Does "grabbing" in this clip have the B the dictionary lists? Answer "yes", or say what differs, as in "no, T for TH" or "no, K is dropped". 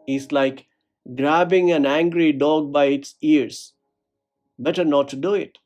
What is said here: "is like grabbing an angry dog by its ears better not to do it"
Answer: yes